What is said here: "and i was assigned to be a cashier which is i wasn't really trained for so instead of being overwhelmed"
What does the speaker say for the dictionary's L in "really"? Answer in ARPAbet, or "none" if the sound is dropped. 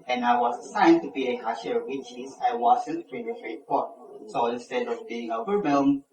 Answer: N